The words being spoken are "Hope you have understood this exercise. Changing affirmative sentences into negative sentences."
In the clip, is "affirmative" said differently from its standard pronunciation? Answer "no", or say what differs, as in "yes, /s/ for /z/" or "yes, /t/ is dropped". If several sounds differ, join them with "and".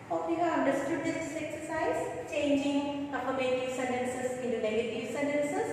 yes, /p/ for /f/